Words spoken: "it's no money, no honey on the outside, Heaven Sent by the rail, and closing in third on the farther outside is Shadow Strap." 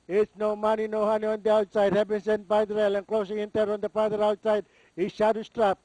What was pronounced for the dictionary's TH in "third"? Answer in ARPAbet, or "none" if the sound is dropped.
T